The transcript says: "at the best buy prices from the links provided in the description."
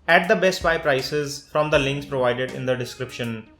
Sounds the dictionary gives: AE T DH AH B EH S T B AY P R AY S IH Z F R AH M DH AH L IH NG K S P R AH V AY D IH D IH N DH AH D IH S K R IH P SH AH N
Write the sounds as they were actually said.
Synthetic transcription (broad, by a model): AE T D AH B EH S T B AY P R AY S IH Z F R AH M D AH L IH NG K S P R AH V AY D IH D IH N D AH D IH S K R IH P SH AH N